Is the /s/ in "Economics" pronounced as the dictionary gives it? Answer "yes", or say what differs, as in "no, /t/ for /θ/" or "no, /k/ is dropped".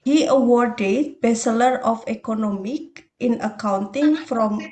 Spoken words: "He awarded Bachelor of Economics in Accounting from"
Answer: no, /s/ is dropped